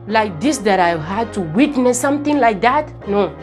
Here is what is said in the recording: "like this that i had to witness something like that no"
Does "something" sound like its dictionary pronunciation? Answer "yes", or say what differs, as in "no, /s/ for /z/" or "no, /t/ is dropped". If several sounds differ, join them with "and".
no, /t/ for /θ/